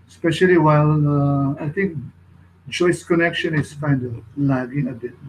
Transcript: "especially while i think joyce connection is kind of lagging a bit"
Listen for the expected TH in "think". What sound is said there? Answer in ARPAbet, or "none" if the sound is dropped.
T